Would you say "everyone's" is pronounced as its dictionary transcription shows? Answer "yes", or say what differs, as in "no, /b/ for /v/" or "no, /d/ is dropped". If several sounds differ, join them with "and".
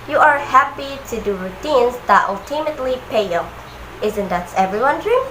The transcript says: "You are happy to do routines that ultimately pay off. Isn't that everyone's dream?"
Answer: no, /z/ is dropped